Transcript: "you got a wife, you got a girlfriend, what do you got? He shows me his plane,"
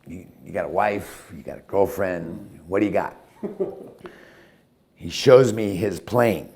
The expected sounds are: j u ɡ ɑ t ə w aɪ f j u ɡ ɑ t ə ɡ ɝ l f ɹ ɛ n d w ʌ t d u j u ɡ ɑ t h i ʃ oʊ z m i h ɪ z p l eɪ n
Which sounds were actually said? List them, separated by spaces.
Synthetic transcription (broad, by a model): j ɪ ɡ ɑ t ə w aɪ f j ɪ ɡ ɑ t ə ɡ ɝ l f ɹ ɛ n d w ʌ t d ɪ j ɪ ɡ ɑ t h i ʃ oʊ z m i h ɪ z p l eɪ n